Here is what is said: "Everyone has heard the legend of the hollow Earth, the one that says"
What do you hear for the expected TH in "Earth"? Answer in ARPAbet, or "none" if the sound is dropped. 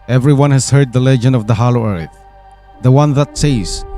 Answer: TH